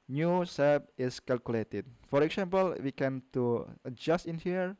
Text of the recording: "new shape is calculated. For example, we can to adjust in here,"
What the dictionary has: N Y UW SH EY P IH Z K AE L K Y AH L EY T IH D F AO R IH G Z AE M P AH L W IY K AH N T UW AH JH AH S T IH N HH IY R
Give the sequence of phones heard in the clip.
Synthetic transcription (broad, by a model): N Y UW S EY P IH S K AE L K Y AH L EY T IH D F AO R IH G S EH M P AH L W IY K AH N T UW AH JH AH S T IH N HH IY R